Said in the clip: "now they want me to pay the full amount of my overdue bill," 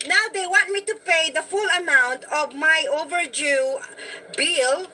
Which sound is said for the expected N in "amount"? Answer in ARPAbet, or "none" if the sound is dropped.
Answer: N